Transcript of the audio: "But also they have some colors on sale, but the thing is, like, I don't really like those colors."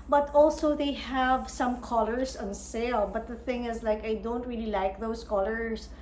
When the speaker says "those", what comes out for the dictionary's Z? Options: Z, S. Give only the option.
S